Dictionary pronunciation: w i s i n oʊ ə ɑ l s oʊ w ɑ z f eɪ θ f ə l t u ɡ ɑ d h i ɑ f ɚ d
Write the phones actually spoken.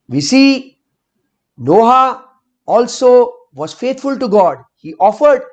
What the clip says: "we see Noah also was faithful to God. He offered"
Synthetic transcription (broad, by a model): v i s i n oʊ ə ɑ l s oʊ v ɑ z f eɪ t f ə l t u ɡ ɑ d h i ɑ f ɚ d